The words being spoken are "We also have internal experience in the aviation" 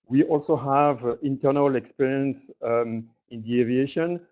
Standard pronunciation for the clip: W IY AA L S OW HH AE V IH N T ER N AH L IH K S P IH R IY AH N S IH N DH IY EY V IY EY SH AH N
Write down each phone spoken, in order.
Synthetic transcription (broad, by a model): W IY AA L S OW HH AE V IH N T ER N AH L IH K S P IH R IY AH N S IH N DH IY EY V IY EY SH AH N